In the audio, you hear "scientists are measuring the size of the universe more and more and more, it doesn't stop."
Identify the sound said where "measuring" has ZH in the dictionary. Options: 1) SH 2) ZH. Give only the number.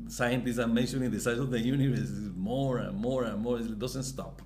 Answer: 1